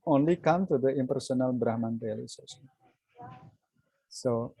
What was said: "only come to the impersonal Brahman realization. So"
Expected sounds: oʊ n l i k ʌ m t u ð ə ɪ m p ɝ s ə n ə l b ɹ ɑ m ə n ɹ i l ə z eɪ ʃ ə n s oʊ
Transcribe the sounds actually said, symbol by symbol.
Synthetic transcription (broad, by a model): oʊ n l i k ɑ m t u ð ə ɪ m p ɝ s ə n ə l b ɹ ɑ m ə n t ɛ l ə s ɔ s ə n s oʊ